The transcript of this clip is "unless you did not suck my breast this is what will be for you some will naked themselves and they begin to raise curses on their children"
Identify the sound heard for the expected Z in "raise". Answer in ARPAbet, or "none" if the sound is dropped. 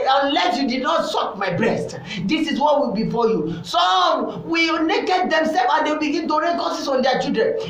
none